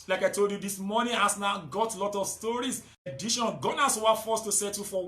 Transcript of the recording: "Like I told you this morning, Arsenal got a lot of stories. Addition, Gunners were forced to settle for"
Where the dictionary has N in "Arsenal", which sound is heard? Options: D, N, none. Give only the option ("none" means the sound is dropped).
none